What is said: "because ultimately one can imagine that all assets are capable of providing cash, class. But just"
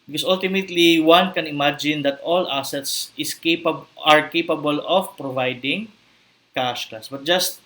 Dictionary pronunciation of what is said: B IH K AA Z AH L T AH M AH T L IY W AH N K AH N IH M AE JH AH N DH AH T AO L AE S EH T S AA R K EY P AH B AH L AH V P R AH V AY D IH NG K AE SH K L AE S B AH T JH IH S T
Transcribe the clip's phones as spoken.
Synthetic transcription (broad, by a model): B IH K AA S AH L T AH M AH T L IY W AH N K AH N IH M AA JH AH N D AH T AO L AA S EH T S AA R K EY P AH B AH L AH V P R AH V AY D IH NG K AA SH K AA S B AH T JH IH S T